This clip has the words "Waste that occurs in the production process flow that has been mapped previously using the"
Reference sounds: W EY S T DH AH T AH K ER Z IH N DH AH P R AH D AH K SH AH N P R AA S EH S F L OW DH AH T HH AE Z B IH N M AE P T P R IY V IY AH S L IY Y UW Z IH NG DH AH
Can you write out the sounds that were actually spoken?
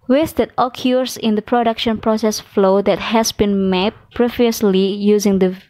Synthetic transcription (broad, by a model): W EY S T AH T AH K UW S IH N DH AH P R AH D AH K SH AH N P R AA S EH S F L OW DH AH T HH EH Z B IH N M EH T P R IY V IY AH S L IY Y UW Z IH NG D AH